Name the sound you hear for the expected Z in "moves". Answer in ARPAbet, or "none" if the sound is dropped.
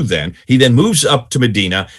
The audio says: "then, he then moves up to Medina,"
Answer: Z